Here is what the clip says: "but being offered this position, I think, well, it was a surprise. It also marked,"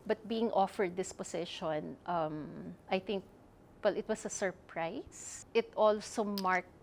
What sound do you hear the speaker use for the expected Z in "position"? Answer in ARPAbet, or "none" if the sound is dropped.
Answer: S